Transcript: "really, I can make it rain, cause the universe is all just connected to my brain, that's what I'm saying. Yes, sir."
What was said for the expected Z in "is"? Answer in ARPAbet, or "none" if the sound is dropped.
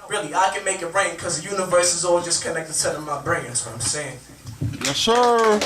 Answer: Z